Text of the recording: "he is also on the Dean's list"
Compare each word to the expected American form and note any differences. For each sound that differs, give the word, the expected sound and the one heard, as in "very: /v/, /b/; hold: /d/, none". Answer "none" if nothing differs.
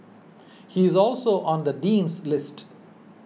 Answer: none